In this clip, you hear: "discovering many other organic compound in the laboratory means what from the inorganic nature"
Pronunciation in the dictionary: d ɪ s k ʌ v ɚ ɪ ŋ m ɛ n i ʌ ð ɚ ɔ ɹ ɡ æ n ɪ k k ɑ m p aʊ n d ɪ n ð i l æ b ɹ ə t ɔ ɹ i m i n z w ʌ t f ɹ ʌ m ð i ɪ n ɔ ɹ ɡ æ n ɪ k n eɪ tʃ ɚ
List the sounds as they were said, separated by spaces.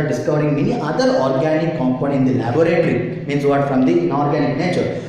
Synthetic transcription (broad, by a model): d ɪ s k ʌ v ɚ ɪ ŋ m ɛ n i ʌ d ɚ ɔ ɹ ɡ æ n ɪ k k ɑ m p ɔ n ɪ n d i l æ b ɹ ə t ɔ ɹ i m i n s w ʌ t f ɹ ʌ m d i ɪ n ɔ ɹ ɡ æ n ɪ k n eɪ tʃ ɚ